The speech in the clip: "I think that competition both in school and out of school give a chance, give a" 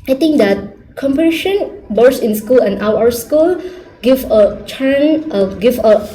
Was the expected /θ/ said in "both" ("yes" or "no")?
no